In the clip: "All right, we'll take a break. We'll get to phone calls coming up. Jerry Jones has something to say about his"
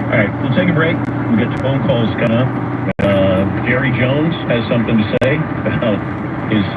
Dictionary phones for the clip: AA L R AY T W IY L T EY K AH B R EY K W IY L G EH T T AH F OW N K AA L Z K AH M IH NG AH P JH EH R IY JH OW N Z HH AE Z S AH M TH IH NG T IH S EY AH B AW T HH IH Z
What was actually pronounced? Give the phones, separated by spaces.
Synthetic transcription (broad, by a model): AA R AY T W IY L T EY K AH B R EY K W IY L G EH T T AH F OW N K AA L Z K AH IH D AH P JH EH R IY JH OW N Z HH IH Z S AH M TH IH NG T IH S EY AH AH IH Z